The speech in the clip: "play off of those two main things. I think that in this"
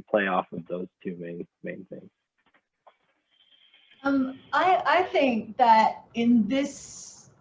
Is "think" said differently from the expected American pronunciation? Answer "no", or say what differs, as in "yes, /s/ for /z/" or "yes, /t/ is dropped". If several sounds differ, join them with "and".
no